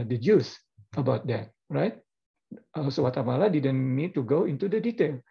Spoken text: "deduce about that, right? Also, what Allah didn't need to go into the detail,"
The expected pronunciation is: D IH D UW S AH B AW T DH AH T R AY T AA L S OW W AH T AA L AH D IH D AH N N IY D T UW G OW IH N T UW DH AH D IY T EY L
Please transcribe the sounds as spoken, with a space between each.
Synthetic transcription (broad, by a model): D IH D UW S AH B AW T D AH T R AY T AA S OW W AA T AA L AH D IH D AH N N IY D T UW G OW IH N T UW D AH D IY T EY L